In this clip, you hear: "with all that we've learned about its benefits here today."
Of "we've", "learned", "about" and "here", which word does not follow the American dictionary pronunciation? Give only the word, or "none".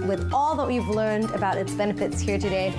none